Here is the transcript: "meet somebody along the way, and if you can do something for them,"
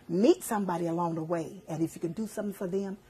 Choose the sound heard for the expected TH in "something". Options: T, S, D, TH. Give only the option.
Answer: TH